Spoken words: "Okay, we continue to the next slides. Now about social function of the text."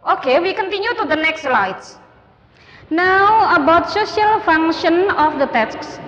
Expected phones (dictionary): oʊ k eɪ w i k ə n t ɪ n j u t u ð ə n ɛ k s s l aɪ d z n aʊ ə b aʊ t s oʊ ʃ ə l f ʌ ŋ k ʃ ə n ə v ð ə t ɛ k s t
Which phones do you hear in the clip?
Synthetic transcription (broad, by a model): oʊ k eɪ w i k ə n t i n j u t u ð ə n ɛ k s s l aɪ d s n aʊ ə b aʊ t s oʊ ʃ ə l f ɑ ŋ ʃ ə n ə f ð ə t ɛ k s